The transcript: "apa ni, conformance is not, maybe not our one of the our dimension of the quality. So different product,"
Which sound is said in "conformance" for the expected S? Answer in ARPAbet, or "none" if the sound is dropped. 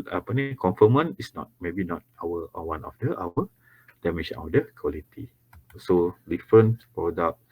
none